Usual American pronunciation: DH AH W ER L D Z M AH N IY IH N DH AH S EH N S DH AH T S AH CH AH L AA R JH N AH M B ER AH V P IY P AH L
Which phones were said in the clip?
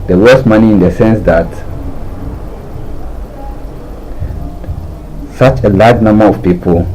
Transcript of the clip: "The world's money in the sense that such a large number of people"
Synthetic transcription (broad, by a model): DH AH W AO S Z M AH N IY IH N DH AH S EH N S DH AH T S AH CH AH L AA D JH N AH M B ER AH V P IY P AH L